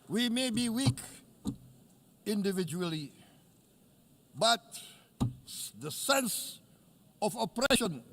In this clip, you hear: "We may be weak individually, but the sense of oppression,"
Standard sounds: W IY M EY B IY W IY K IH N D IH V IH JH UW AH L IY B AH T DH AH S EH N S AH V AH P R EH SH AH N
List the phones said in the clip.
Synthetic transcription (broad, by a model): W IY M EY B IY W IY K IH N D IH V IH JH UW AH L IY B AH T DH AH S EH N S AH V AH P R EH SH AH N